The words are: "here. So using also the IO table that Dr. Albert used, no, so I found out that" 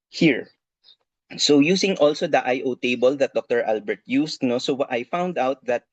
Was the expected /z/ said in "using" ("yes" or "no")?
no